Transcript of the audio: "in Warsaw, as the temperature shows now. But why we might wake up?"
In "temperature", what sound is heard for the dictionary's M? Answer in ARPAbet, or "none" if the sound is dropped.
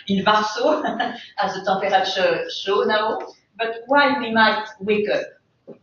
none